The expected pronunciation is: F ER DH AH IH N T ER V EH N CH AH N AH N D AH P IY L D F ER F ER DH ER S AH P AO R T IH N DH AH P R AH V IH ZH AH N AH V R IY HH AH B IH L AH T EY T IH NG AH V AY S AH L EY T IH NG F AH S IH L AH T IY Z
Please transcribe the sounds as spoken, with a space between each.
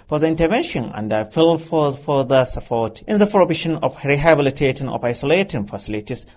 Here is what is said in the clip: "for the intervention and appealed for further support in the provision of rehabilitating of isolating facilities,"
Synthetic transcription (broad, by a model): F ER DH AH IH N T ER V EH N SH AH N AH N D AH F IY L F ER F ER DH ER S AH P AO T T IH N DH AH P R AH B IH SH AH N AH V R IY HH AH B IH L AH T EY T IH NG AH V AY S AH L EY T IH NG F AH S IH L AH T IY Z